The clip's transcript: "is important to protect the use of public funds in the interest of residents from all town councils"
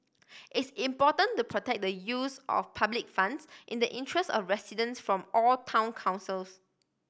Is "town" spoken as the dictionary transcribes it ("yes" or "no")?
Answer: yes